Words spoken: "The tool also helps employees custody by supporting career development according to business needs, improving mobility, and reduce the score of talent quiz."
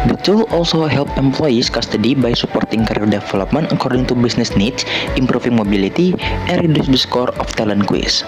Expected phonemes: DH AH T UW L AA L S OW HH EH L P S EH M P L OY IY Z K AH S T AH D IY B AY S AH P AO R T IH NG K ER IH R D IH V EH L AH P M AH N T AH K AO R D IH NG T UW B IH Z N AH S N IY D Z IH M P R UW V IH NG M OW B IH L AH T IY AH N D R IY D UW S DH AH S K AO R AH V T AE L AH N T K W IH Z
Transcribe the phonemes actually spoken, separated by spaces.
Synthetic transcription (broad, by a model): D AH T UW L AA L S OW HH EH L P EH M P L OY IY S K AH S T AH D IY B AY S AH P AO R T IH NG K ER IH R D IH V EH L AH P M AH N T AH K AO R D IH NG T UW B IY S N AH S N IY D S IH M P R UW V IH NG M OW B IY L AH T IY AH N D R IY D UW S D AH S K AO R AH F T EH L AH N K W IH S